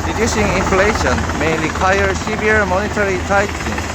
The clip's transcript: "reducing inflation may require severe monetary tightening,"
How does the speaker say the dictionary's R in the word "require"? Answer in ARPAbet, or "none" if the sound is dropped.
L